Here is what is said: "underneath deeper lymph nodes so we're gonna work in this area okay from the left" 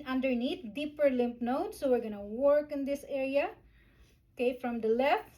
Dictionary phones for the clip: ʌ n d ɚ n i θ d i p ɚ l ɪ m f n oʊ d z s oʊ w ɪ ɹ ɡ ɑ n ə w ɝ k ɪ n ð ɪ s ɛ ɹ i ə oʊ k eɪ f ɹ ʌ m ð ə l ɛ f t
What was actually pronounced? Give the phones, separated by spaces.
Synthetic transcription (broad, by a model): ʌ n d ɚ n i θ d i p ɚ l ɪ m p n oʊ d s oʊ w ɪ ɹ ɡ ɑ n ə w ɝ k ɪ n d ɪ s ɛ ɹ i ə oʊ k eɪ f ɹ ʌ m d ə l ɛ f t